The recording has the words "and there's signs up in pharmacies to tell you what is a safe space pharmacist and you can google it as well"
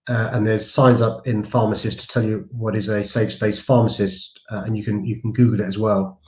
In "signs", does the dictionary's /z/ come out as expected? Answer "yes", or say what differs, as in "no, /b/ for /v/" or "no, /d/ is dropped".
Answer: yes